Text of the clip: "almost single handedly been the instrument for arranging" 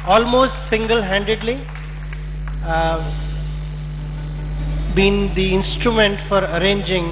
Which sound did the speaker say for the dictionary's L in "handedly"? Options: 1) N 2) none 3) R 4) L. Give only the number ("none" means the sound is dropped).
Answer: 4